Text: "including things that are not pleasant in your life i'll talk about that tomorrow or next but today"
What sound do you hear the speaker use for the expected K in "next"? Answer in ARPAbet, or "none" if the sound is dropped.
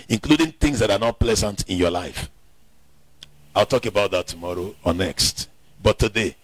K